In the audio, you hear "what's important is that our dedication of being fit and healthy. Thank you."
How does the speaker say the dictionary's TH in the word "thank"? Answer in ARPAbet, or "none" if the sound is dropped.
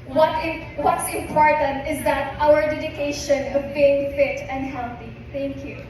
T